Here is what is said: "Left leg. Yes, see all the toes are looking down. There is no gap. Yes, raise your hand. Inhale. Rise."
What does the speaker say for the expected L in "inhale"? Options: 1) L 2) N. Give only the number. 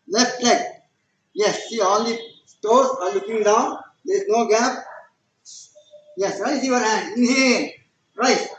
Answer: 2